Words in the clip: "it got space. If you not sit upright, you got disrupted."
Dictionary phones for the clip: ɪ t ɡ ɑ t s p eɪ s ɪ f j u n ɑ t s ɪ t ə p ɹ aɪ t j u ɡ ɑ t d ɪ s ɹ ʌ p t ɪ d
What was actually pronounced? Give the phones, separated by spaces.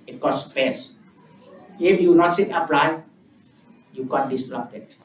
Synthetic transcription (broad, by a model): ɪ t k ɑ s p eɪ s ɪ f j u n ɑ t s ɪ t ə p l aɪ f j u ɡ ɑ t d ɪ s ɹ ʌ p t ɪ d